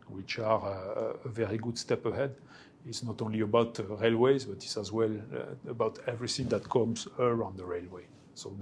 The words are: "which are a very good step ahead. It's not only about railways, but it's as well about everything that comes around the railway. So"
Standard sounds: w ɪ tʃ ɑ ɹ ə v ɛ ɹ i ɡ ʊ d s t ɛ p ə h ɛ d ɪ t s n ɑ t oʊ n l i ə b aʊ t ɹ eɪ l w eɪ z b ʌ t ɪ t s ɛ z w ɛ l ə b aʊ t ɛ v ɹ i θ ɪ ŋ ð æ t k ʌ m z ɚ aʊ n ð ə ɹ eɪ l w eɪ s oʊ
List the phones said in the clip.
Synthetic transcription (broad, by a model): w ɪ tʃ ɑ ɹ ə v ɛ ɹ i ɡ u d s t ɛ p ə h ɛ d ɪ t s n ɑ t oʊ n l i ə b aʊ t ɹ eɪ l w eɪ z b ʌ t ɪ t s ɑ z w ɛ l ə b aʊ t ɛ v ɹ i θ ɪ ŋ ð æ t k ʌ m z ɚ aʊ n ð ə ɹ eɪ l w eɪ s oʊ